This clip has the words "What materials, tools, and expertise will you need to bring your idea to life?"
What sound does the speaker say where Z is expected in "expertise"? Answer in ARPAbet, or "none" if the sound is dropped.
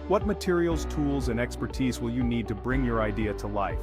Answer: Z